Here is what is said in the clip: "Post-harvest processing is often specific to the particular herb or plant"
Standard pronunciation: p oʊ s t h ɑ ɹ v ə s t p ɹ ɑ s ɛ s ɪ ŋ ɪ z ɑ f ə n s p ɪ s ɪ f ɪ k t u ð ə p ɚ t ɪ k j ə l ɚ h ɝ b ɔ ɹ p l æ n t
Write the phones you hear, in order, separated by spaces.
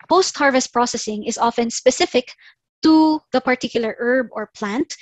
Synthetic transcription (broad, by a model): p oʊ s t h ɑ ɹ v ə s t p ɹ ɑ s ɛ s ɪ ŋ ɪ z ɑ f ə n s p ɪ s ɪ f ɪ k t u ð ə p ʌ t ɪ k j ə l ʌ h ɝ b ɔ ɹ p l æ n t